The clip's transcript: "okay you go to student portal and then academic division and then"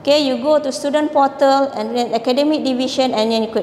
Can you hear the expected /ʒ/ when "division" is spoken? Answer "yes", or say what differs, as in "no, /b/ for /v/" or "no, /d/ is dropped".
no, /ʃ/ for /ʒ/